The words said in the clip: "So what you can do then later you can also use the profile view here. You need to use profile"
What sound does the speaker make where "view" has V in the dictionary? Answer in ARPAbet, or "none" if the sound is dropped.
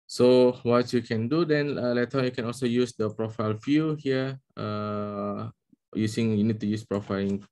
F